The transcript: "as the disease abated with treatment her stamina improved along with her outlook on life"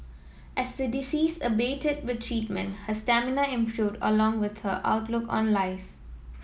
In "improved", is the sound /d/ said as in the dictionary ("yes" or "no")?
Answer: yes